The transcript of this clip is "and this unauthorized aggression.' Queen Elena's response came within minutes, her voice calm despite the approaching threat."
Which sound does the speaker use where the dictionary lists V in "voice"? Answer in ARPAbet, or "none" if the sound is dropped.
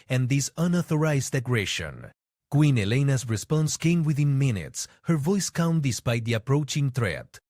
V